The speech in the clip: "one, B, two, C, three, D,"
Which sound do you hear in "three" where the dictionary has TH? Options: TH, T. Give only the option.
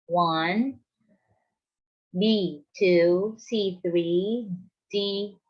TH